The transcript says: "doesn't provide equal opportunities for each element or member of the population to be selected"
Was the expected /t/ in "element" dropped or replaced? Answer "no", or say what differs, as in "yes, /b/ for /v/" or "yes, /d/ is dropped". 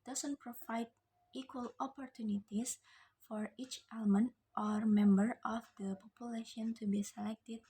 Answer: no